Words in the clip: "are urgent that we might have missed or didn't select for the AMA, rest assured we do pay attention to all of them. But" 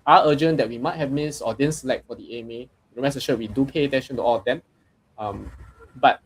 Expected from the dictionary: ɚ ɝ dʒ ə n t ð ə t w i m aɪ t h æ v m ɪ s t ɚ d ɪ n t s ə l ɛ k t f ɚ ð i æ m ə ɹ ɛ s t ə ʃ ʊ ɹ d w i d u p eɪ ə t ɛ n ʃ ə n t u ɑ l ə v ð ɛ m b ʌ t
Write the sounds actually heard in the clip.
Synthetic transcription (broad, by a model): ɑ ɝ dʒ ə n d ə t w i m aɪ t h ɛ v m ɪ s ɔ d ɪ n s ə l ɛ k t f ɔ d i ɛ m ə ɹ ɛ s ə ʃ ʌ w i d u p eɪ ə t ɛ n ʃ ə n t u ɑ l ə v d ɛ m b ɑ t